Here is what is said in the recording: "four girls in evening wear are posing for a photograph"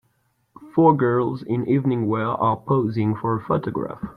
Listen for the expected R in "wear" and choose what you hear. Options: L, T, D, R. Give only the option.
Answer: L